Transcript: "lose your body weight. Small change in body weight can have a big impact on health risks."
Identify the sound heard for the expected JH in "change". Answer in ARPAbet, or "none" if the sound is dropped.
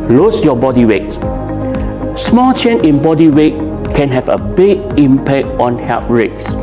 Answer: none